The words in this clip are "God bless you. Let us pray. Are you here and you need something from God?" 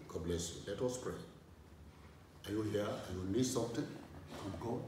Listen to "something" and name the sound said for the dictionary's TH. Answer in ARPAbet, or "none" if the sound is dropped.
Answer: T